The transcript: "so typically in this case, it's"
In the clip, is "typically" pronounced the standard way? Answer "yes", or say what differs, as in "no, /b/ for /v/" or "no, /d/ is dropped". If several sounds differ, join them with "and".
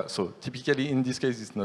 yes